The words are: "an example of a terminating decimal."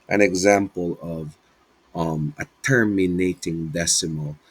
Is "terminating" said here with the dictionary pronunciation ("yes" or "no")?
yes